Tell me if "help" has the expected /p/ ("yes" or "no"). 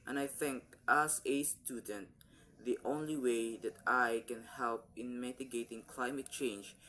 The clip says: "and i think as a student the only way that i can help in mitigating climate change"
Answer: yes